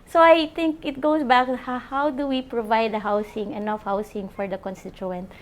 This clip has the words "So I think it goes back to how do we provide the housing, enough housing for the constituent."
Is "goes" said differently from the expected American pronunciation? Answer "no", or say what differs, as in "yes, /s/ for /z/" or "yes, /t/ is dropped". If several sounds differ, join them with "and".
yes, /s/ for /z/